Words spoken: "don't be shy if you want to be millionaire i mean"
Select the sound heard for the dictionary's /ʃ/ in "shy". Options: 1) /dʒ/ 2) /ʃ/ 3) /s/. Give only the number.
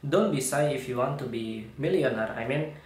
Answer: 3